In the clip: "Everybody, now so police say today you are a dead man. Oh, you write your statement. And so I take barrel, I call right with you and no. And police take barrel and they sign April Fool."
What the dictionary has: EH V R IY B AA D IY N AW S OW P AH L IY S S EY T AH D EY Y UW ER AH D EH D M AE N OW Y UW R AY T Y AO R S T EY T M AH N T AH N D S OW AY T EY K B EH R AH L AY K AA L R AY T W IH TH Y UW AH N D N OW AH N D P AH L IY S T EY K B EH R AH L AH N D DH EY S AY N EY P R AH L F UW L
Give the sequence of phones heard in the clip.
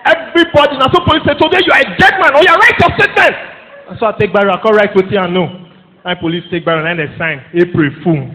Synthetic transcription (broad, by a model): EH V R IY B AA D IY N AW S OW P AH L IY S S EY T AH D EY Y UW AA AH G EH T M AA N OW Y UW R AY T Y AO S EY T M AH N AH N S OW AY T EY K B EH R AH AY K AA R AY T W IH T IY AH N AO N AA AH P AH L IY S T EY K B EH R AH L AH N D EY S AY N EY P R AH F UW